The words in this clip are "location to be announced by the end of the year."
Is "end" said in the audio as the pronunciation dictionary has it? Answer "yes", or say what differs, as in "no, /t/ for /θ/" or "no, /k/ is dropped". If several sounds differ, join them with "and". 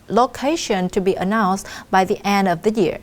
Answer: yes